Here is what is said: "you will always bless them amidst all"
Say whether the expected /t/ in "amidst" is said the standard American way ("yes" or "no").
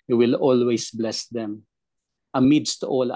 yes